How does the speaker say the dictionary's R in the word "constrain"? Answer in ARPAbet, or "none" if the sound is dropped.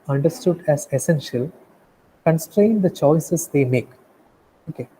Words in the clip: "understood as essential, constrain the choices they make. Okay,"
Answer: R